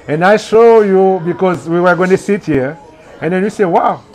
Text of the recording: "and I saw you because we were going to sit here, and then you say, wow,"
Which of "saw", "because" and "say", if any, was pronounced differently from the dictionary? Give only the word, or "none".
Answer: saw